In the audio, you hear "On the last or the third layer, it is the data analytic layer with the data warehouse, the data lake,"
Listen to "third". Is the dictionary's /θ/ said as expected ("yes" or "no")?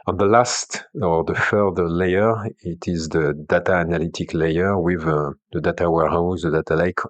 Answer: no